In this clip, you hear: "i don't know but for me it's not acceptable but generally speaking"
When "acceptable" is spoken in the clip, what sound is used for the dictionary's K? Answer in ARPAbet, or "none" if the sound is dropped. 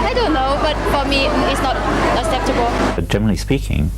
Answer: none